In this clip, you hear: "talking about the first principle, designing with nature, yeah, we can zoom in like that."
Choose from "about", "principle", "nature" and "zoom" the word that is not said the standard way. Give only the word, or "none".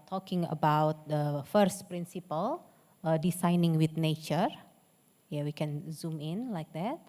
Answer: none